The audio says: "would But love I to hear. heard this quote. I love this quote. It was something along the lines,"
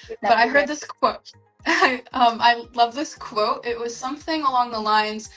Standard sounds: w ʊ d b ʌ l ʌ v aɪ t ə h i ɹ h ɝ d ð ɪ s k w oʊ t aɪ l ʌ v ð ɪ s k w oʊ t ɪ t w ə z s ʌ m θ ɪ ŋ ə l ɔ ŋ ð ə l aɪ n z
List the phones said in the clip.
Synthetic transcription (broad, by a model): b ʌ ʌ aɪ t ə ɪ h ɝ d ð ɪ s k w oʊ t aɪ l ʌ v ð ɪ s k w oʊ t ɪ t w ə z s ʌ m θ ɪ ŋ ə l ɔ ŋ ð ə l aɪ n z